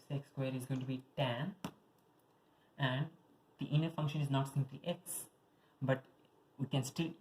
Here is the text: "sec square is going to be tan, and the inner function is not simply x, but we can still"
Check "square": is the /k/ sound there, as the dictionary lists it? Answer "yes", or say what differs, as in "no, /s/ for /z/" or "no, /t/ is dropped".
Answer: yes